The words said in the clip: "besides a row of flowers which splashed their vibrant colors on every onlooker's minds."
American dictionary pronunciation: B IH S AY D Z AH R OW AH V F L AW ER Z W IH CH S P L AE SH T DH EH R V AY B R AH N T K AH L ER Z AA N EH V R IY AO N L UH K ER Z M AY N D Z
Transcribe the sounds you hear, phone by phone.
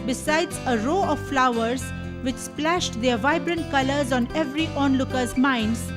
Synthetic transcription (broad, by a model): B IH S AY D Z AH R OW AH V F L AW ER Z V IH CH S P L AE SH T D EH R V AY B R AH N T K AH L ER Z AA N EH V R IY AO N L UH K ER Z M AY N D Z